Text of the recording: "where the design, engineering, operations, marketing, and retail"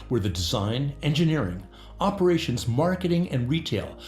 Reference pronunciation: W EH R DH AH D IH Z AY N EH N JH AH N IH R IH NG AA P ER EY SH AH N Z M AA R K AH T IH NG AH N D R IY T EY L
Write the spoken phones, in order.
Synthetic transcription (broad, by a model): W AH R DH AH D IH Z AY N EH N JH AH N IH R IH NG AA P ER EY SH AH N Z M AA R K AH T IH NG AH N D R IY T EY L